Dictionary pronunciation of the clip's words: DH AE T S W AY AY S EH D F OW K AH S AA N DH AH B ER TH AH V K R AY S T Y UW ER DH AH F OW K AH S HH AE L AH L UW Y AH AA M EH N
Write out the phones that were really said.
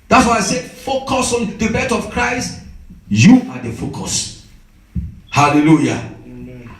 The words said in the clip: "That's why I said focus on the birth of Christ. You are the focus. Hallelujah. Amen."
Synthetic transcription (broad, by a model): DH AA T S W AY AY S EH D F OW K AH S AA N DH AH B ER T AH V K R AY S T Y UW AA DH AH F OW K AH S HH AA L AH L UW Y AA